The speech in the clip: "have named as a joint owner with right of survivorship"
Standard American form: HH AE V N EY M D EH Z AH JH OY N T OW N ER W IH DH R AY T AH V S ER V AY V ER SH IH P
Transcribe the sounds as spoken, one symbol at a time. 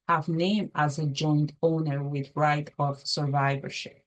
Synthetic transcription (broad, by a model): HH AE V N EY M AA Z AH JH OY N T OW N ER W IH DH R AY T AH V S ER V AY V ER SH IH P